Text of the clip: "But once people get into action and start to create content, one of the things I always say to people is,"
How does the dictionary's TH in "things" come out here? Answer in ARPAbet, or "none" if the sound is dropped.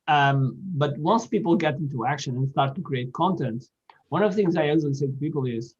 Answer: TH